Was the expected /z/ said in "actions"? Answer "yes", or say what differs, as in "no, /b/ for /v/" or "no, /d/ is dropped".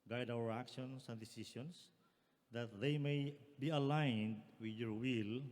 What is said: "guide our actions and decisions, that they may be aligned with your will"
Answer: no, /s/ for /z/